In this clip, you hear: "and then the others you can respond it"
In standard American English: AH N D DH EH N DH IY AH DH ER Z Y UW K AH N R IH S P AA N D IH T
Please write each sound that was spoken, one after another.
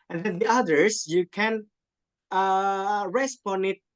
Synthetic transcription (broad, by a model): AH N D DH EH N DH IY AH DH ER S Y UW K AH N R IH S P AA N IH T